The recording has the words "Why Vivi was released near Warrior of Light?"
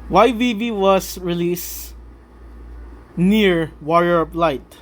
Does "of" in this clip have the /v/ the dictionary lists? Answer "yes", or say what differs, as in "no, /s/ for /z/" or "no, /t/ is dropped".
no, /p/ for /v/